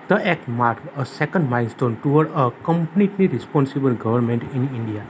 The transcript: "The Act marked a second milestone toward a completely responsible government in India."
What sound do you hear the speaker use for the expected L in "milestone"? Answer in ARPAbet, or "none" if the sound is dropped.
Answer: N